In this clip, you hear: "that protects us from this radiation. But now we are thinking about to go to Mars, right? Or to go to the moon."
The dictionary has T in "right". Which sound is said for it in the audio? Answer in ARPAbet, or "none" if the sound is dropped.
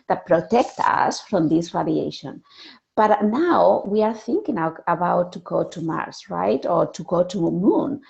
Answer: T